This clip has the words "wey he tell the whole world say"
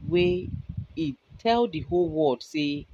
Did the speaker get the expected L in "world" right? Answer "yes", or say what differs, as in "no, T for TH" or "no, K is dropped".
no, L is dropped